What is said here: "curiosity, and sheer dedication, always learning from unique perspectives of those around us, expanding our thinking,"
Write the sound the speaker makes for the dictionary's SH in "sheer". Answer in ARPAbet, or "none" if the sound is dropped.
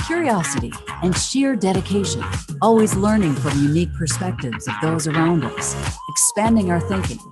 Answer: SH